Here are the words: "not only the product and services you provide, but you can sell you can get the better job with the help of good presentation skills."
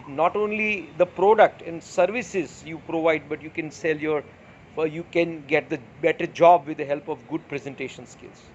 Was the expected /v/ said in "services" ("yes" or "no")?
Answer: yes